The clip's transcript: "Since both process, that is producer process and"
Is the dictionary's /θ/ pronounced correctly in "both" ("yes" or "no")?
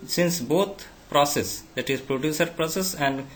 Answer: no